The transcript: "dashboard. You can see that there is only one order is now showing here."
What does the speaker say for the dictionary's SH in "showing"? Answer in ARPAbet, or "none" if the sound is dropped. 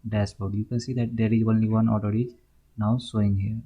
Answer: S